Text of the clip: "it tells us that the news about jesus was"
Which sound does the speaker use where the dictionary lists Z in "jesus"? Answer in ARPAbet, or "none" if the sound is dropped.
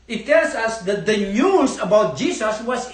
S